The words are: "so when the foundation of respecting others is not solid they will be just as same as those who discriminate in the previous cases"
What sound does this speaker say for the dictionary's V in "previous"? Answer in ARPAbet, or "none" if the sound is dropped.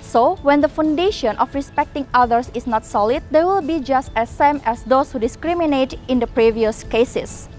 V